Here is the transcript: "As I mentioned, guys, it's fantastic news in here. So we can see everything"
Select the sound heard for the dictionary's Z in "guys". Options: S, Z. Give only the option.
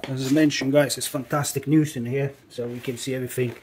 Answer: S